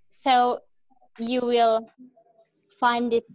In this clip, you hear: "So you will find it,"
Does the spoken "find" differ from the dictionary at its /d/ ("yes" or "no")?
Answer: no